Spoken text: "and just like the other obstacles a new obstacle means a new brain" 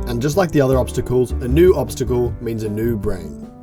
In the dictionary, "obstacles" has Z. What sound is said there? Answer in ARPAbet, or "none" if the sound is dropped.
Z